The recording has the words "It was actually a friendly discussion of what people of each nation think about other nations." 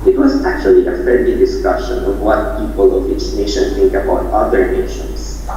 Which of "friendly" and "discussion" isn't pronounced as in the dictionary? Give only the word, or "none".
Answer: friendly